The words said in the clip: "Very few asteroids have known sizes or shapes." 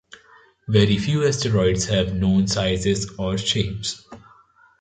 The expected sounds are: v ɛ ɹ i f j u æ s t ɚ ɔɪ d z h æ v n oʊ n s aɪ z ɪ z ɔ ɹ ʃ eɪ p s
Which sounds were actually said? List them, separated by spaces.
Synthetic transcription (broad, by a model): v ɛ ɹ i f j u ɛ s t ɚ ɔɪ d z h æ v n oʊ n s aɪ z ɪ z ɔ ɹ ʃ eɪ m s